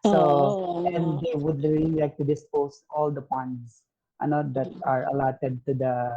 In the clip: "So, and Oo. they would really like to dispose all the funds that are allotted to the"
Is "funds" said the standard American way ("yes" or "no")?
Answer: no